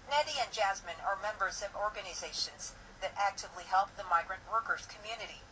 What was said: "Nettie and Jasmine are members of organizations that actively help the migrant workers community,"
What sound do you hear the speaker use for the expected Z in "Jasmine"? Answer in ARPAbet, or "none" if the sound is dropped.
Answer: Z